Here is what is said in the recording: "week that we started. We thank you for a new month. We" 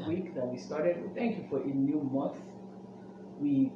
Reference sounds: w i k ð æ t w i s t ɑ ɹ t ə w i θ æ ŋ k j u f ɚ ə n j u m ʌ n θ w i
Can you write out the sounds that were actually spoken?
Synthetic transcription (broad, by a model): w i k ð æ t w i s t ɑ ɹ t ə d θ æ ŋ k j u f ɚ ə n j u m ʌ n θ w i